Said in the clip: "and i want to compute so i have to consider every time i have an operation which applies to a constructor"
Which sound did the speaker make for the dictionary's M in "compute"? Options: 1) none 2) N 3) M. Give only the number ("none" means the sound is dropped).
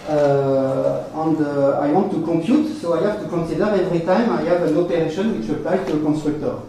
3